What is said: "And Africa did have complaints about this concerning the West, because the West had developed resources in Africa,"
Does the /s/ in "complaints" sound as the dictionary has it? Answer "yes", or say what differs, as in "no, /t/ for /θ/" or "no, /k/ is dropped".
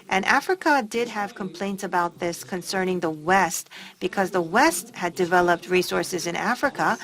yes